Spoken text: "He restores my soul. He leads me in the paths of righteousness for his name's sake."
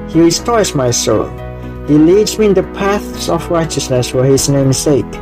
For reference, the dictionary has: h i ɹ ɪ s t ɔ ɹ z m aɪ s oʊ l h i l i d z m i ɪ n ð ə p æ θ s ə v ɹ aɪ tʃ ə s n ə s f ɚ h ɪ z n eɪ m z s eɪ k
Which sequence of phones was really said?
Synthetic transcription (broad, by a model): h i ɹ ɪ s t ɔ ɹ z m aɪ s oʊ l h i l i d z m i ɪ n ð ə p æ θ s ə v ɹ aɪ tʃ ə s n ə s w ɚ h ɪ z n eɪ m s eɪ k